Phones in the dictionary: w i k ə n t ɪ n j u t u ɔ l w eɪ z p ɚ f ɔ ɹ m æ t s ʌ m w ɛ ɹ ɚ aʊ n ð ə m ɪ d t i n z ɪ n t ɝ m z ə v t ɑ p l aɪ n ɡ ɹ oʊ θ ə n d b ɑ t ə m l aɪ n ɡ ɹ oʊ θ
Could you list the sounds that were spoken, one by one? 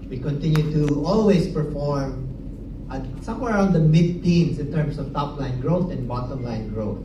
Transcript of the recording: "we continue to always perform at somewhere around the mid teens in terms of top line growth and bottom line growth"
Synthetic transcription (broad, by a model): w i k ə n t ɪ n j u t u ɔ l w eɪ s p ɚ f ɔ ɹ m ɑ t s ʌ m w ɛ ɹ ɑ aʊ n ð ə m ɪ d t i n s ɪ n t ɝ m s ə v t ɑ p l aɪ n ɡ ɹ oʊ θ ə n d b ɑ t ə m l aɪ n ɡ ɹ oʊ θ